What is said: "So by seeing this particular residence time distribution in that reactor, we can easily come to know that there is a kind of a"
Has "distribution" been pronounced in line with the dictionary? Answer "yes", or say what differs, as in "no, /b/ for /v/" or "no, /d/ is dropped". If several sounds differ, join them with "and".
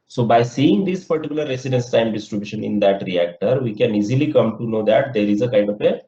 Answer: yes